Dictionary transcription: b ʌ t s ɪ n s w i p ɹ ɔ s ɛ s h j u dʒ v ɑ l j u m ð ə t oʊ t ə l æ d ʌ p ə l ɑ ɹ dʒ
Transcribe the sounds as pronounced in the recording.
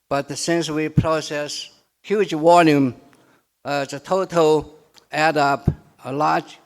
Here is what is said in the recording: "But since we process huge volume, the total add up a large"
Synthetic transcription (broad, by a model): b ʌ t s ɪ n s w i p ɹ ɔ s ɛ s h j u dʒ w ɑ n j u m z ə t oʊ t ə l æ d ʌ p ə l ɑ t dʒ